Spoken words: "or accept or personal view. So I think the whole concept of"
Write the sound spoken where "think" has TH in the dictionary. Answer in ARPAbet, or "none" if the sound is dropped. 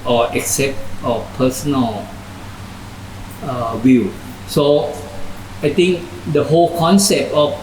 T